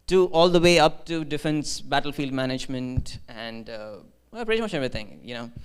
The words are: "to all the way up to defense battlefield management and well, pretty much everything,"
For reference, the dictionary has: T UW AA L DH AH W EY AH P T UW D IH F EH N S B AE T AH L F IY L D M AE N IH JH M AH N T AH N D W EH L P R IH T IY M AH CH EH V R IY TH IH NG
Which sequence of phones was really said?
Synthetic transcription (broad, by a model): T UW AA L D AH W EY AH P T UW D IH F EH N S B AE T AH L F IY L D M AE N IH JH M AH N T AH N D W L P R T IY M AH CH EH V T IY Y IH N